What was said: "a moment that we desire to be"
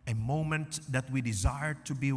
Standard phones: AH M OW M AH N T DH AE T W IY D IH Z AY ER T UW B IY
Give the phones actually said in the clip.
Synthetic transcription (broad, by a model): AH M OW M AH N T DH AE T W IY D IH Z AY ER T UW B IY